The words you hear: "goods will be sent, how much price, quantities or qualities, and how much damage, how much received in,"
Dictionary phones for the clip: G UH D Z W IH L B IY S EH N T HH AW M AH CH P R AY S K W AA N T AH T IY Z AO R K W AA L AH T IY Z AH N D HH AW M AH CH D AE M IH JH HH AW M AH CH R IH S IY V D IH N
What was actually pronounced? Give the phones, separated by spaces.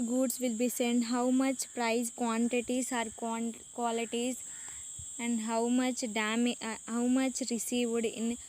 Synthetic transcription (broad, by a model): G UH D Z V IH L B IY S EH N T HH AW M AH CH P R AY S K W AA N T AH T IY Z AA R K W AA L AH T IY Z AH N D HH AW M AH CH D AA M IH HH AW M AH CH R IH S IY V D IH N